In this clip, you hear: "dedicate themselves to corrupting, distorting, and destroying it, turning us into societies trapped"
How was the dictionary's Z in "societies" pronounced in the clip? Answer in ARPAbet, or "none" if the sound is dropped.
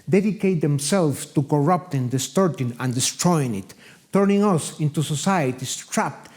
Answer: S